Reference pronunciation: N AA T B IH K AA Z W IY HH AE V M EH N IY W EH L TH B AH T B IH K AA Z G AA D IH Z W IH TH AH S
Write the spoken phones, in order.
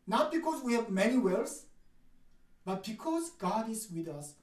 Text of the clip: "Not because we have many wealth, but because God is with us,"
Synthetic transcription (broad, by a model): N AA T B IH K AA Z W IY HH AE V M EH N IY W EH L S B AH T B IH K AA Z G AA D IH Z W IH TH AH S